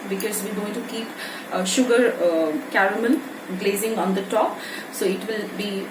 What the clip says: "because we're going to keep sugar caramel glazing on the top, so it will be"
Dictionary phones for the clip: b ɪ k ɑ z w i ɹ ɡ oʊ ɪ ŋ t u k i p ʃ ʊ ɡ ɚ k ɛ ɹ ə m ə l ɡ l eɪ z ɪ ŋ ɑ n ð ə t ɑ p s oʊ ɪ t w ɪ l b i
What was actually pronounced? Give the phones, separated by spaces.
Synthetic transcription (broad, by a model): b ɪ k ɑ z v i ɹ ɡ oʊ ɪ ŋ t u k i p ʃ ʊ ɡ ɚ k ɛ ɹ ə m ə n ɡ l eɪ z ɪ ŋ ɑ n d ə t ɑ p s oʊ ɪ t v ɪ l b i